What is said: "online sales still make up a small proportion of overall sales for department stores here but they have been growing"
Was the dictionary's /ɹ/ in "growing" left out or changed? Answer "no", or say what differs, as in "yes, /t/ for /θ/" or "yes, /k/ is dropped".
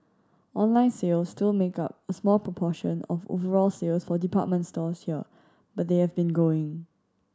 yes, /ɹ/ is dropped